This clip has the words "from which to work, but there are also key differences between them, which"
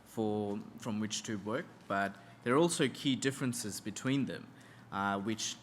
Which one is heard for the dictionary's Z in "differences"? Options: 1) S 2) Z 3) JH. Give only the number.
2